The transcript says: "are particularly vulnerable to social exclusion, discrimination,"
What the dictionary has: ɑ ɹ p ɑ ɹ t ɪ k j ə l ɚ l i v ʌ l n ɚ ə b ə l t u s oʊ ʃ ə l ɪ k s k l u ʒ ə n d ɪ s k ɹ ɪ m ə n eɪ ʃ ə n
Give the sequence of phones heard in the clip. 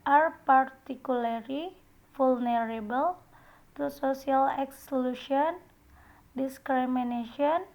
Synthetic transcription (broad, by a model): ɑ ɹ p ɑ ɹ t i k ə l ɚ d i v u l n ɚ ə b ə l t u s oʊ s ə l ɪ k s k l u ʃ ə n d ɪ s k ɹ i m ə n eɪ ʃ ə n